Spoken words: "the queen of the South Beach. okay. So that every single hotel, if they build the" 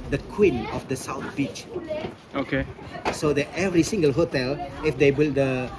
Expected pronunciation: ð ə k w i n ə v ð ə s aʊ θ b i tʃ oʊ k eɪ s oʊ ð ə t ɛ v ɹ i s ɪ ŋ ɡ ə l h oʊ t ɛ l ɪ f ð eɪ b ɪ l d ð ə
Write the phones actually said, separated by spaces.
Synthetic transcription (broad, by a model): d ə k w i n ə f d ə s aʊ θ b i tʃ oʊ k eɪ s oʊ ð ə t ɛ v ɹ i s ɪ ŋ ɡ ə l h oʊ t ɛ l ɪ f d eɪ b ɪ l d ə